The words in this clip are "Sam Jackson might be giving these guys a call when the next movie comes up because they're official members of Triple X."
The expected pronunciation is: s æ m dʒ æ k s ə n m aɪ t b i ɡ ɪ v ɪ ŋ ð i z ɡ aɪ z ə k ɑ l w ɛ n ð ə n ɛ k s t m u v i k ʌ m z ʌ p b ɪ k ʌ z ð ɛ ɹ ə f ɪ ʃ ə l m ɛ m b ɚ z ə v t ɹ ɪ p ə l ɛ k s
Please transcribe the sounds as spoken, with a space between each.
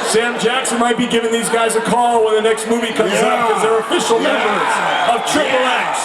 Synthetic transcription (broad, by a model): s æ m dʒ æ k s ə n m aɪ t b i ɡ ɪ v ɪ ŋ ð i z ɡ aɪ z ə k ɑ l w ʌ n ð ə n ɛ k s t m u v i k ʌ m z ʌ p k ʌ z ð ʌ ɹ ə f ɪ ʃ l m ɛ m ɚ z ə v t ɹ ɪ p l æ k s